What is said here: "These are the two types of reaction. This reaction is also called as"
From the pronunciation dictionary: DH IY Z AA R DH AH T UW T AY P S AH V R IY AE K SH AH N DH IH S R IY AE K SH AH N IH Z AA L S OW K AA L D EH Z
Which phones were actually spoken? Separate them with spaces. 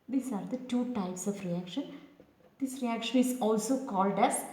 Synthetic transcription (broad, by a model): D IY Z AA R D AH T UW T AY P S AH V R IY AE K SH AH N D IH S R IY AE K SH AH N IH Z AA L S OW K AA L D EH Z